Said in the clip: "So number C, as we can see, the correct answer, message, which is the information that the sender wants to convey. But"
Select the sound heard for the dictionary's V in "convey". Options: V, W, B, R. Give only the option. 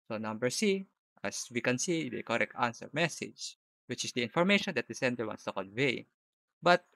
V